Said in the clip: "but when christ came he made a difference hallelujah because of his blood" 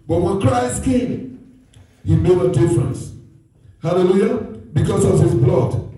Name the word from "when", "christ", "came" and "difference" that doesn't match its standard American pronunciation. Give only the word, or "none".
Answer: none